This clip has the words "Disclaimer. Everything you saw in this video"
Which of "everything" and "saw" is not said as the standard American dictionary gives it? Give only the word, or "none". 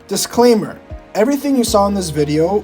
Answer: none